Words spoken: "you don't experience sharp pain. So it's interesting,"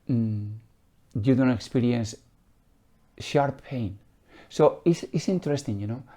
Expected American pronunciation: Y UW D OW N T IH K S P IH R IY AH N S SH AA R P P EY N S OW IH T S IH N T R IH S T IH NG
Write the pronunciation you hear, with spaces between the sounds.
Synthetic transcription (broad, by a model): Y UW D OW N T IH K S P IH R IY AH N S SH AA R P P EY N S OW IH S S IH N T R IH S T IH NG